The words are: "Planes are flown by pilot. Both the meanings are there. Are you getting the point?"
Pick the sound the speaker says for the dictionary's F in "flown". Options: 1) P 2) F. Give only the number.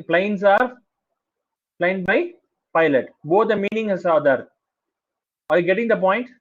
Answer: 1